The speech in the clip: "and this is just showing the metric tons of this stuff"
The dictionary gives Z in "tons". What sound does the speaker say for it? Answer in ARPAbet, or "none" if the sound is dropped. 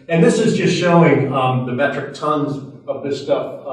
Z